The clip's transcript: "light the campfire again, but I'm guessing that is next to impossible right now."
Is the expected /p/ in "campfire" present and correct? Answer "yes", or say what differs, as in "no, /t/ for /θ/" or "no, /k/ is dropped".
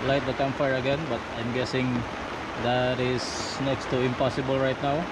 no, /p/ is dropped